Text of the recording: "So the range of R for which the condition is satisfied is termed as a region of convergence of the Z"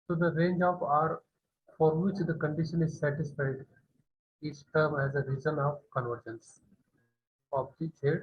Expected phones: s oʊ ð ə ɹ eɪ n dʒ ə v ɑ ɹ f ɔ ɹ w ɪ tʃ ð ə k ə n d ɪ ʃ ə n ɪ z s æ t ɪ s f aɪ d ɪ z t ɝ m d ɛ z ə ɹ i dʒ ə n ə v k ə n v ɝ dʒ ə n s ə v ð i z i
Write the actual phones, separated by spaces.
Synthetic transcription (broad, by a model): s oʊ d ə ɹ eɪ n dʒ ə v ɑ ɹ f ɔ ɹ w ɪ tʃ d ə k ə n d ɪ ʃ ə n ɪ z s æ t ɪ s f aɪ d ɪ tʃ t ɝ m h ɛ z ə ɹ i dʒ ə n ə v k ə n v ɝ dʒ ə n s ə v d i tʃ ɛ